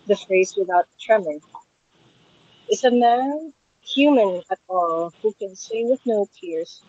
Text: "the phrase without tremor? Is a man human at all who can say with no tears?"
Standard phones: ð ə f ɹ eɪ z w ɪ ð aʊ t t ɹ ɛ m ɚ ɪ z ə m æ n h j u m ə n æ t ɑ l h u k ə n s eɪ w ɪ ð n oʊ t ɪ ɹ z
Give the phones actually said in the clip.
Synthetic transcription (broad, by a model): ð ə f ɹ eɪ z w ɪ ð aʊ t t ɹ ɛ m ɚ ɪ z ə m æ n h j u m ə n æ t ɑ l h u k ə n s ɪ w ɪ ð n oʊ t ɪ ɹ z